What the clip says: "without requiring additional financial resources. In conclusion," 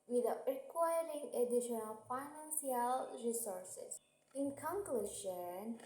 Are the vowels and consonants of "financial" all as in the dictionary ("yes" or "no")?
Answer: no